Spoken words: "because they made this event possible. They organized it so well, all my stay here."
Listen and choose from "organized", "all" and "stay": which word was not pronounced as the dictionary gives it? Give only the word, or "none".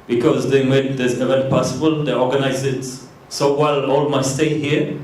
organized